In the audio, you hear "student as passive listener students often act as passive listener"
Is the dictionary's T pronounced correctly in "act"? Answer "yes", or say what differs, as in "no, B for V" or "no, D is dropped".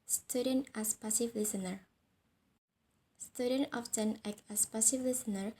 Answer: no, T is dropped